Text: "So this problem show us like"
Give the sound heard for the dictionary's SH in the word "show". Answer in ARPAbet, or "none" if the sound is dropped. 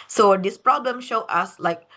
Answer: SH